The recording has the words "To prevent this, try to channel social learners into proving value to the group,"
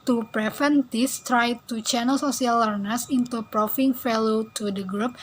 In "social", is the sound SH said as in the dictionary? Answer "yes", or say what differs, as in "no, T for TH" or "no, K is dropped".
no, S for SH